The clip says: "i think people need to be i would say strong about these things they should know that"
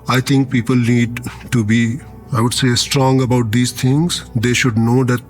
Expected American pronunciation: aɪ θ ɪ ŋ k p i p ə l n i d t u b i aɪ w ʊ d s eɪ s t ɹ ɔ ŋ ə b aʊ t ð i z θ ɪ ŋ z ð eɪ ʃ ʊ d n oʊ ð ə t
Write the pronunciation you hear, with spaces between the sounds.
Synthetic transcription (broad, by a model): aɪ t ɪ ŋ k p i p ə l n i d t u b i aɪ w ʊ d s eɪ s t ɹ ɔ ŋ ə b aʊ t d i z t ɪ ŋ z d eɪ ʃ ʊ d n oʊ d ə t